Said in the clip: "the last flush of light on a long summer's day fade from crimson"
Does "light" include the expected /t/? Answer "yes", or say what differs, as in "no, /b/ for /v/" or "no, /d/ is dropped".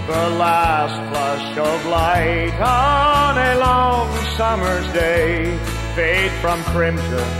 yes